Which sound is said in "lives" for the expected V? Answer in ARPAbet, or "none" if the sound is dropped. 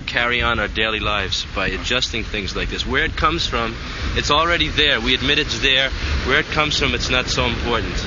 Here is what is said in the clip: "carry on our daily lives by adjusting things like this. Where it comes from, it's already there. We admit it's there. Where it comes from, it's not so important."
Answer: V